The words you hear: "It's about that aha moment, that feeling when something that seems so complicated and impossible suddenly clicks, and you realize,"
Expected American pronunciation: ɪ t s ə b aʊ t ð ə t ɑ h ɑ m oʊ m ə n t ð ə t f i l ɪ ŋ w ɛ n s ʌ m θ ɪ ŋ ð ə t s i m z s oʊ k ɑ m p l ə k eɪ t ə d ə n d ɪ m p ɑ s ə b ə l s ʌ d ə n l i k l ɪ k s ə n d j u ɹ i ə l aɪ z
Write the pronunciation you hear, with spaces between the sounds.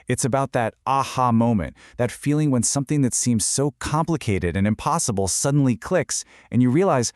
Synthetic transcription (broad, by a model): ɪ t s ə b aʊ t ð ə t ɑ h ɑ m oʊ m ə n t ð ə t f i l ɪ ŋ w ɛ n s ʌ m θ ɪ ŋ ð ə t s i m z s oʊ k ɑ m p l ə k eɪ t ə d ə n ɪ m p ɑ s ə b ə l s ʌ d n l i k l ɪ k s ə n j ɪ ɹ i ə l aɪ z